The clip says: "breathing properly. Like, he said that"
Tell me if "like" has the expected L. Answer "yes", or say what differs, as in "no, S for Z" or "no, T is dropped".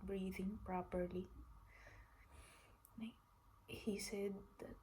no, N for L